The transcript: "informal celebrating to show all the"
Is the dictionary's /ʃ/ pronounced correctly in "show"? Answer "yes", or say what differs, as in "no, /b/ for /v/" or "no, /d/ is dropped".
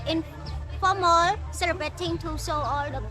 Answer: no, /s/ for /ʃ/